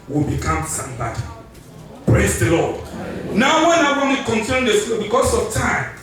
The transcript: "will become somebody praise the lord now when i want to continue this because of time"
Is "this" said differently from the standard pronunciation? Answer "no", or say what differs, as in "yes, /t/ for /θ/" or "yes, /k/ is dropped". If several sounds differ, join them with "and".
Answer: yes, /s/ is dropped